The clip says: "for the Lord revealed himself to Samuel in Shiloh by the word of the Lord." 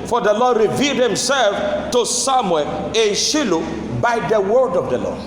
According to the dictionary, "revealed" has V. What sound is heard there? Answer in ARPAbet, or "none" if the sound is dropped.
V